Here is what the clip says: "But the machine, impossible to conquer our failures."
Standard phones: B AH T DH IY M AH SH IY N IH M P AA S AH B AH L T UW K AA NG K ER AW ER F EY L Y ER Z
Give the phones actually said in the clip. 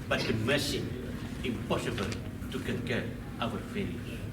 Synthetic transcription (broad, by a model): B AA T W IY M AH S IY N IH M P AA S AH B AH L T UW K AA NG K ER AW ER F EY L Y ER